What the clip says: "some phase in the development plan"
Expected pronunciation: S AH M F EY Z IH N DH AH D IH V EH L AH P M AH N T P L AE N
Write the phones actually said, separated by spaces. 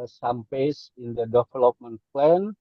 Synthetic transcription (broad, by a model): S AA M P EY S IH N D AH D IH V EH L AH P M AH N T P L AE N